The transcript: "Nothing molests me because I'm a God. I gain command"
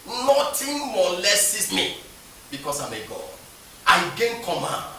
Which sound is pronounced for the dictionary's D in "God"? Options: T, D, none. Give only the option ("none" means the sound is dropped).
none